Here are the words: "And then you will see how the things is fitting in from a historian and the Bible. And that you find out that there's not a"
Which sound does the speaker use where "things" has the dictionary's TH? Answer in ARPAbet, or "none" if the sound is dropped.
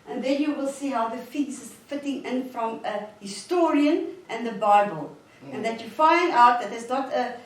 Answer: F